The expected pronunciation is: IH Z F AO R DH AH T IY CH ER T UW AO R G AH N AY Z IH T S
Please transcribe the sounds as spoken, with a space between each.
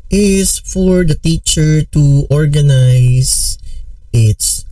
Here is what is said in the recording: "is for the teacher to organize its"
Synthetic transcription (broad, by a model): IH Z F AO R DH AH T IY CH ER T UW AO R G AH N AY S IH T S